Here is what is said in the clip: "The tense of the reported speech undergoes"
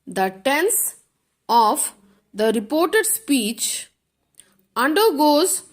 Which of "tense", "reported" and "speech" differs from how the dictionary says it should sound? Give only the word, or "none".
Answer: none